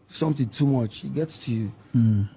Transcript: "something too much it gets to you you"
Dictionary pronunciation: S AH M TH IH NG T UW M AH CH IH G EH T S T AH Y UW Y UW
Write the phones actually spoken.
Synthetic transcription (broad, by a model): S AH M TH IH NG T UW M AH CH IH G EH T S T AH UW Y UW